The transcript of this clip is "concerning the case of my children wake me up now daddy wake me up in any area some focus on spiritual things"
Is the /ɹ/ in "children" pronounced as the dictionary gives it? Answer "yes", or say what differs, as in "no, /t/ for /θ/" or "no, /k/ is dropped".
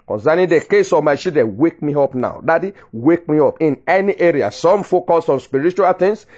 no, /ɹ/ is dropped